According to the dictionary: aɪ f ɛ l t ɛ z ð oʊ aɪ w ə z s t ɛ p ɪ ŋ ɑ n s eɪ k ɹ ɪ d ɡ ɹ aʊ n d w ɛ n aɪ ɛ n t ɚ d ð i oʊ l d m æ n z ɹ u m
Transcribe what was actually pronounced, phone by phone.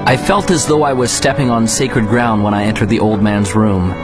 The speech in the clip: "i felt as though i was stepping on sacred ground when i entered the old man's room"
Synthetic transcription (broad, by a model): aɪ f ɛ l t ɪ z ð oʊ aɪ w ə z s t ɛ p ɪ ŋ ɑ n s eɪ k ɹ ɪ d ɡ ɹ aʊ n d w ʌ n aɪ ɛ n t ɚ d ð i oʊ l d m æ n z ɹ u m